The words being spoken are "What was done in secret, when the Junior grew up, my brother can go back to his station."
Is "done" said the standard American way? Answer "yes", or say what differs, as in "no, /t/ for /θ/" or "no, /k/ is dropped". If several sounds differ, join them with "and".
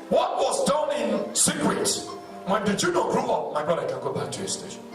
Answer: yes